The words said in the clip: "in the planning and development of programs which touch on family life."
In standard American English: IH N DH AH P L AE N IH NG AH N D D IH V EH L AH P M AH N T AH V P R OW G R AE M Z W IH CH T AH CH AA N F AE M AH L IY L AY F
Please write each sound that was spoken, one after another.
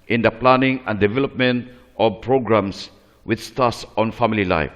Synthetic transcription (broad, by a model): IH N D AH P L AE N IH NG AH N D D IH V EH L AH P M AH N T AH P R OW G R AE M S W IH S T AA S AA N F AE M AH L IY L AY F